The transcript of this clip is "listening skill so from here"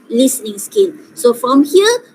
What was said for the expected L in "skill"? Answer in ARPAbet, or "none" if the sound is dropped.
N